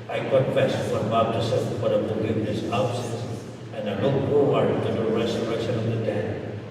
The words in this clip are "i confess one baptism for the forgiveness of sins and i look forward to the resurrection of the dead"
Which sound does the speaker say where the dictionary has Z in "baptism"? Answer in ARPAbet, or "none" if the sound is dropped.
S